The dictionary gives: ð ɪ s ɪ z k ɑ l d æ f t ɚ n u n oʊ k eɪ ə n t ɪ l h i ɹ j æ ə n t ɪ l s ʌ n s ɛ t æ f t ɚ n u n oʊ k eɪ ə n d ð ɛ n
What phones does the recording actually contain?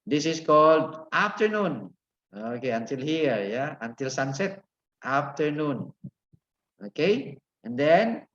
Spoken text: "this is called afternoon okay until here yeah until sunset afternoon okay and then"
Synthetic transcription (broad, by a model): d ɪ s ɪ s k ɑ l d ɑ f t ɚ n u n oʊ k eɪ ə n t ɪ l h i ɹ j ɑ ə n t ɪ l s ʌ n s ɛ t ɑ f t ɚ n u n oʊ k eɪ ə n d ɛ n